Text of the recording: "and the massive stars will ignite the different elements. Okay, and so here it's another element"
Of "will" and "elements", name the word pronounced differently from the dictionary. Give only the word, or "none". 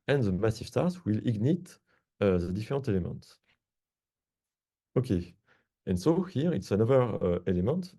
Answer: elements